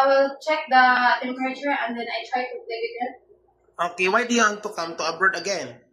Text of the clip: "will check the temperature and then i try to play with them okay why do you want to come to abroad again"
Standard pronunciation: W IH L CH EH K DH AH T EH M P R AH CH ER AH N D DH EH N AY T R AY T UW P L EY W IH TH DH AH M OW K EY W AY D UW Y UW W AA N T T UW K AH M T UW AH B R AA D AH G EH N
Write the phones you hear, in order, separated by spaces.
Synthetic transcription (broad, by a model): W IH L CH EH K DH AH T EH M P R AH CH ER AH N D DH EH N AY T R AY T UW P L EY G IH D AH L OW K EY W AY D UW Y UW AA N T T UW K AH M T UW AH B AA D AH G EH N